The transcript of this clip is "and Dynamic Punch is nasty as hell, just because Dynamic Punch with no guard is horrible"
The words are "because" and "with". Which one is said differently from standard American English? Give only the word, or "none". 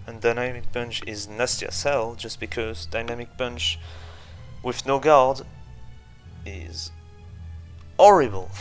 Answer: none